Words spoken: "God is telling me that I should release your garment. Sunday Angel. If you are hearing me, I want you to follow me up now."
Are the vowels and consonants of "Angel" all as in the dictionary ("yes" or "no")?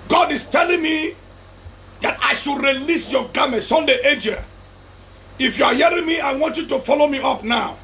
no